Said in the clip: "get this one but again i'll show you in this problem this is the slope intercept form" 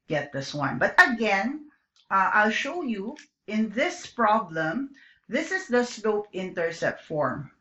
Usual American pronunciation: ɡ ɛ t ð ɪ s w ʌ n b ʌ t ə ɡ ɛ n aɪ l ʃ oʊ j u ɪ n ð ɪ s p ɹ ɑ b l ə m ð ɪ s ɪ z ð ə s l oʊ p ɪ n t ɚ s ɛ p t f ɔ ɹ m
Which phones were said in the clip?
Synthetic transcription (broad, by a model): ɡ ɛ t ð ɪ s w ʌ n b ʌ t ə ɡ ɛ n aɪ l ʃ oʊ j u ɪ n ð ɪ s p ɹ ɑ b l ə m ð ɪ s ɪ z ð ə s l oʊ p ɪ n t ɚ s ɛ t f ɔ ɹ m